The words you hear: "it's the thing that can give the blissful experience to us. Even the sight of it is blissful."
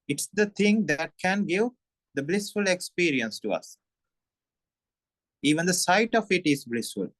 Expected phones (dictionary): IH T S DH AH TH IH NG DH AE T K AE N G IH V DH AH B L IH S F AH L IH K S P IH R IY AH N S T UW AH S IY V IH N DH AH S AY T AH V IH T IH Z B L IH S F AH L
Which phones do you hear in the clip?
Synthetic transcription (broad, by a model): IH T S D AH T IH NG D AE T K AE N G IH V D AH B L IH S F AH L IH K S P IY R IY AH N S T UW AH S IY V IH N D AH S AY T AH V IH T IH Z B L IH S F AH L